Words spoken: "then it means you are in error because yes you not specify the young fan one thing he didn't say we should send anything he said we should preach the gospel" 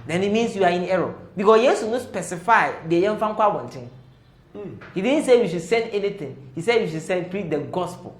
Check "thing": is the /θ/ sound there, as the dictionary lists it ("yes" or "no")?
no